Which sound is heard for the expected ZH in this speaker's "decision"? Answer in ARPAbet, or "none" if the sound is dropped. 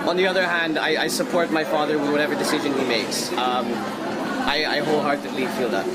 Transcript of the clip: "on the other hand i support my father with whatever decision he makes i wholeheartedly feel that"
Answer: ZH